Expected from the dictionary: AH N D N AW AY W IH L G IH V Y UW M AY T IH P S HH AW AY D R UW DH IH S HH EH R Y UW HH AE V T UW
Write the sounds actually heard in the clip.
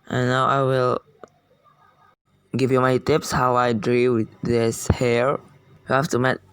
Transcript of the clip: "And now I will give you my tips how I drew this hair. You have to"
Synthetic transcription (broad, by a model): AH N N AW AY W IH L G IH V Y UW M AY T IH P S HH AW AY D R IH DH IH S HH EH R Y UW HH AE F T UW